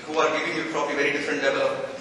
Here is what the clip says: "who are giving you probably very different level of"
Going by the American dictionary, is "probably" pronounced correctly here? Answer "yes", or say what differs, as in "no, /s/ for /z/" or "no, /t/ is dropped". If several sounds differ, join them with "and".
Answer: no, /f/ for /p/